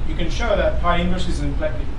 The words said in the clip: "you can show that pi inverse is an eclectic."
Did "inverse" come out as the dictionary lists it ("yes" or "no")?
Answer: no